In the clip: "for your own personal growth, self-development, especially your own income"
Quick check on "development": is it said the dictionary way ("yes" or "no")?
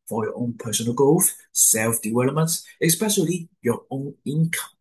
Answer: no